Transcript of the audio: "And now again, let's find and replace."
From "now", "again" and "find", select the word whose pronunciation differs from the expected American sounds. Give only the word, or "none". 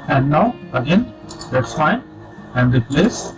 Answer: find